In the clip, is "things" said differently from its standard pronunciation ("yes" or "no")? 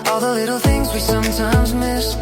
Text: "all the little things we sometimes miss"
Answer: no